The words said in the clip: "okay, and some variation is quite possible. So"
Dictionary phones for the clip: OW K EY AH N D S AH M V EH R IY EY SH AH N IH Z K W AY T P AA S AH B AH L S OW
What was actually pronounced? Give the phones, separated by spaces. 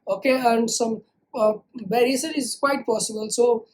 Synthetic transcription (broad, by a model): OW K EY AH N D S AH M B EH R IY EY S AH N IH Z K W AY T P AA S AH B AH L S OW